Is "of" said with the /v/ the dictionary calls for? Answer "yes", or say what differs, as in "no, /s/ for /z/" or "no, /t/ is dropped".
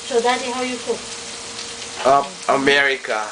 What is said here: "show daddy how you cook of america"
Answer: no, /p/ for /v/